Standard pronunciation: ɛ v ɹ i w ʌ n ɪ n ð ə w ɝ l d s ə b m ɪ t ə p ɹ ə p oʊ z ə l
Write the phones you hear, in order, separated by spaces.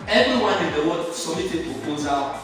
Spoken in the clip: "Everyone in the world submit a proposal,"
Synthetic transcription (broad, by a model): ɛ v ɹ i w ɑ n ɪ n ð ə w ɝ d s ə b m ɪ t ə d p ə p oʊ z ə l